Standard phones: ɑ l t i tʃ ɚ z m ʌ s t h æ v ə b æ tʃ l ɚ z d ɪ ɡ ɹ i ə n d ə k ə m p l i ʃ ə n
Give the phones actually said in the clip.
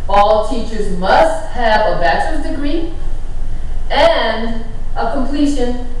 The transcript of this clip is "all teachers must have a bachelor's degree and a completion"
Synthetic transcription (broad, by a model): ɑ l t i tʃ ɚ z m ʌ s t h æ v ə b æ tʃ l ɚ s d ɪ ɡ ɹ i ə n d ə k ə m p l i ʃ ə n